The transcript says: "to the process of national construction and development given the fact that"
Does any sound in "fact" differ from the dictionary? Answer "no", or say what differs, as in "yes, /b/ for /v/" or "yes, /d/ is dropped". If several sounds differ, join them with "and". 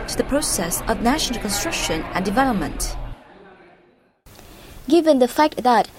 no